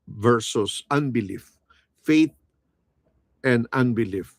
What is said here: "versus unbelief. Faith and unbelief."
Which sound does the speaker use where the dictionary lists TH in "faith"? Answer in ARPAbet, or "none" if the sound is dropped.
T